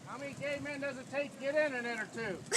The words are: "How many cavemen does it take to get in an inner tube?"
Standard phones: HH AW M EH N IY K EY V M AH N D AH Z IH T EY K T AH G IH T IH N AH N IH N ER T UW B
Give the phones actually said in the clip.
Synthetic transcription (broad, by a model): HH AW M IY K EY M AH N D AH Z IH T EY K G IH T IH N AH N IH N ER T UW